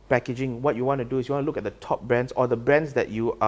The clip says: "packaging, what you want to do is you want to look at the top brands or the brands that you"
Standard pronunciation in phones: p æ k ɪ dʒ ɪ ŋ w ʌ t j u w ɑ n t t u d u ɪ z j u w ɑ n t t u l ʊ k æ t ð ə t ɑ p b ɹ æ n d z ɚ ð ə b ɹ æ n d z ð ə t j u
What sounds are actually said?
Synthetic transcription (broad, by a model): p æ k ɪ dʒ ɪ ŋ w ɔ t j u w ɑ n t t u d u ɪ s j u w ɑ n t t u l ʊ k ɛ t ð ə t ɑ p b ɹ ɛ n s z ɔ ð ə b ɹ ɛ n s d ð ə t j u